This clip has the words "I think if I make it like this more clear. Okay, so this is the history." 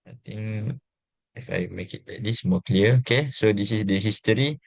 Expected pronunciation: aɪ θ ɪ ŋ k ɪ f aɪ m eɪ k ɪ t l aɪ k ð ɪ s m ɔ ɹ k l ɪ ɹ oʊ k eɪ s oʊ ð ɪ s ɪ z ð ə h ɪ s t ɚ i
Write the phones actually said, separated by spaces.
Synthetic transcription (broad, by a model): aɪ t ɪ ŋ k ɪ f aɪ m eɪ k ɪ t l aɪ k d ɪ s m ɔ k l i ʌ oʊ k eɪ s oʊ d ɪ s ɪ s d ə h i s t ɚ i